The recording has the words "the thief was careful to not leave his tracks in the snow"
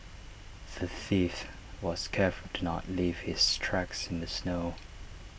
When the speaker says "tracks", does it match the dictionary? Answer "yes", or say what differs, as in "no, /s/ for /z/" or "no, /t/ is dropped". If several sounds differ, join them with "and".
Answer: yes